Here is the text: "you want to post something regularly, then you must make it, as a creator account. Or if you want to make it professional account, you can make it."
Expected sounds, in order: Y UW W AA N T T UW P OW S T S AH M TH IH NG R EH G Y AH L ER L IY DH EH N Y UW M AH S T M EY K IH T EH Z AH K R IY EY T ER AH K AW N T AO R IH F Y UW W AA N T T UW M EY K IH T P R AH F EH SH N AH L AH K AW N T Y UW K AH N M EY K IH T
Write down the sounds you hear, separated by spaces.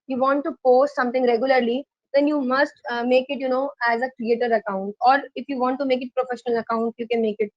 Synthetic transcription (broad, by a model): Y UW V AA N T T UW P OW S T S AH M T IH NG R EH G Y AH L ER L IY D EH N Y UW M AH S T M EY K IH T EH Z AH K R IY EY T ER AH K AW N T AO R IH F Y UW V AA N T T UW M EY K IH T P R AH F EH SH N AH L AH K AW N T Y UW K AH N M EY K IH T